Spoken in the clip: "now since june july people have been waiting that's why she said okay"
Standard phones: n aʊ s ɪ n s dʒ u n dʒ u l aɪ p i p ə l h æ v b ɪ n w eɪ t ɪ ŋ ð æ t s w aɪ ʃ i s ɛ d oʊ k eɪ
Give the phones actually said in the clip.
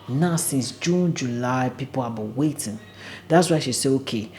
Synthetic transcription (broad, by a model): n aʊ s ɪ n s dʒ u n dʒ u l aɪ p i p ə l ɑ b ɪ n w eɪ t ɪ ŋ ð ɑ t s w aɪ ʃ i s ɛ oʊ k eɪ